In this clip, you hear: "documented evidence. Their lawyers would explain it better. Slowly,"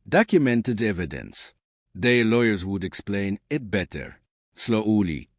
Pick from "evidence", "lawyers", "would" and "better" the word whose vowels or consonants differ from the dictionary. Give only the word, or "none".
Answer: none